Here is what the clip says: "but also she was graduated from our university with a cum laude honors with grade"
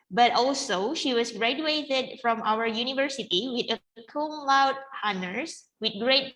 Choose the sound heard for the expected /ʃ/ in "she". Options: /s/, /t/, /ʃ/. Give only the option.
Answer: /ʃ/